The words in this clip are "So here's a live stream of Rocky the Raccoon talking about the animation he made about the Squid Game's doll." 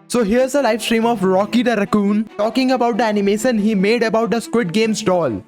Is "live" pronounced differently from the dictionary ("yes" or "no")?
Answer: yes